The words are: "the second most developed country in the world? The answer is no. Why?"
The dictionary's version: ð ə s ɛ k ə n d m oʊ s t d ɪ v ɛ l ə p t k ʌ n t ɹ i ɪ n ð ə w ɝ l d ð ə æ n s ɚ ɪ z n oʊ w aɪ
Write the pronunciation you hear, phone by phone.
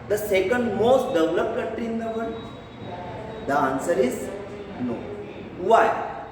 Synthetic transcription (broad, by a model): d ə s ɛ k ə n d m oʊ s t d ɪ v l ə p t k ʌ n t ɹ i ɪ n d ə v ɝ n d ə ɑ n s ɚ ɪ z n oʊ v aɪ